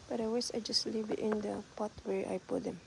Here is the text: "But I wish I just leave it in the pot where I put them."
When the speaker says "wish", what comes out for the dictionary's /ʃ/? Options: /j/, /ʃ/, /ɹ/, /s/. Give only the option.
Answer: /s/